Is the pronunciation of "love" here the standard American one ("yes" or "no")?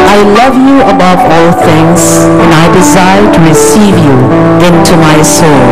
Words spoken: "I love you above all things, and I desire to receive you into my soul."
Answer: yes